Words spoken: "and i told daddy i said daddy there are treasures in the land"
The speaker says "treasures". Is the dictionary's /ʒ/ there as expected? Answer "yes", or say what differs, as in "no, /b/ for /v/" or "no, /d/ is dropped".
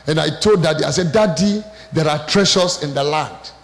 no, /ʃ/ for /ʒ/